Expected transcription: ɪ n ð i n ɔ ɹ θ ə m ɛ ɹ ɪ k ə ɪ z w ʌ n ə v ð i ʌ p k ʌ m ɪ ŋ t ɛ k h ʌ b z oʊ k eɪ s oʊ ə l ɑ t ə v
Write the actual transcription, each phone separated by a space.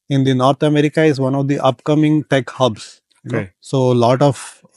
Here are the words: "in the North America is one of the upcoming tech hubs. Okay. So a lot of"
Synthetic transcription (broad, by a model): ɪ n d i n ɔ ɹ t ə m ɛ ɹ ɪ k ə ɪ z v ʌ n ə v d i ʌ p k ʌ m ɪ ŋ t ɛ k h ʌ b s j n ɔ s oʊ l ɑ t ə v